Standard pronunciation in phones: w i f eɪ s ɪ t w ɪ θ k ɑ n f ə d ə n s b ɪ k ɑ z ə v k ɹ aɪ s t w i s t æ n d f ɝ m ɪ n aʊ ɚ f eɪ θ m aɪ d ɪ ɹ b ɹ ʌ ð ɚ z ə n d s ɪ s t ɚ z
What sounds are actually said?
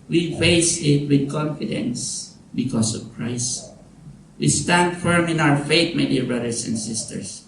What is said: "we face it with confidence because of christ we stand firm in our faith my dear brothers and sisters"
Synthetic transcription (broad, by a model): w i f eɪ s ɪ t w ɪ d k ɑ n f ə d ə n s b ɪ k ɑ s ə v k ɹ aɪ s t w i s t æ n d f ɝ m ɪ n aʊ ɚ f eɪ t m aɪ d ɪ ɹ b ɹ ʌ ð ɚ s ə n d s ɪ s t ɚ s